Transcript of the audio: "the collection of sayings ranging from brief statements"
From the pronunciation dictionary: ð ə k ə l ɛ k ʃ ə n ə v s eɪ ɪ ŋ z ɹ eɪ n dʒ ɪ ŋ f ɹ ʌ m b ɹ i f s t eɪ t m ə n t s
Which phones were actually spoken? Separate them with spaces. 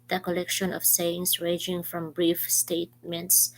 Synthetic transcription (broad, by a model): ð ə k ə l ɛ k ʃ ə n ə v s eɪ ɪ ŋ s ɹ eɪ dʒ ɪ ŋ f ɹ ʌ m b ɹ i f s t eɪ t m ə n t s